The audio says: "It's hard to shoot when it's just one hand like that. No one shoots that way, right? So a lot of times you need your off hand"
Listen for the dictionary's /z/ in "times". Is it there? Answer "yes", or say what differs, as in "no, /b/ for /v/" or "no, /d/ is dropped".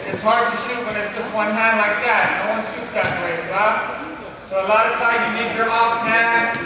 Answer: no, /z/ is dropped